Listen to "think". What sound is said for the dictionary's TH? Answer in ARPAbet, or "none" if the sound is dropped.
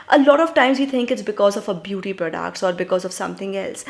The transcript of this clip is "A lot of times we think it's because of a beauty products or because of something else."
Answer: T